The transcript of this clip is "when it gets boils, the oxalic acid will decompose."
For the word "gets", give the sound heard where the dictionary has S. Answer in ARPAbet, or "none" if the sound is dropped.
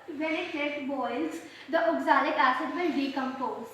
none